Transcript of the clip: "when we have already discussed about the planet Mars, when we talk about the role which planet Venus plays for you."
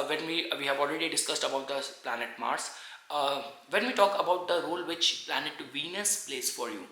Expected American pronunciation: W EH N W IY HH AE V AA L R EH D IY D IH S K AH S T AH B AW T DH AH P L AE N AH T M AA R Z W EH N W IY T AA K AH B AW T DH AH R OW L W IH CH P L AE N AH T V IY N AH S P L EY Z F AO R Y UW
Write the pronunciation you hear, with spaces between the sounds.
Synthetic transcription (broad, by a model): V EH N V IY HH AE V AA L R EH D IY D IH S K AH S T AH B AW T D AH P L AE N AH T M AA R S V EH N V IY T AA K AH B AW T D AH R OW L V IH CH P L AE N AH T V IY N AH S P L EY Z F AO R Y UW